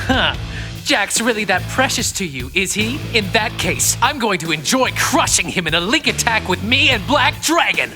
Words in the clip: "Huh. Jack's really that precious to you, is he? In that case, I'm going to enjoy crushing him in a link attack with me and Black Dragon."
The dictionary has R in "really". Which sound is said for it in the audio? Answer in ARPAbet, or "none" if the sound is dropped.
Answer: R